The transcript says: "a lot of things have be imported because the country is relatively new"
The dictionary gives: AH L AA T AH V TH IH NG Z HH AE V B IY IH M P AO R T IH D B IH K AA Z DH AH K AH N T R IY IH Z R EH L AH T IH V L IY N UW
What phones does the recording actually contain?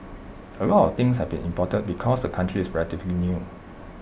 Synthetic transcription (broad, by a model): AH L AA T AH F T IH NG S HH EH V B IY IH M P AO T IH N B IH K AA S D AH K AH N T R IY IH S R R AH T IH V L IY N UW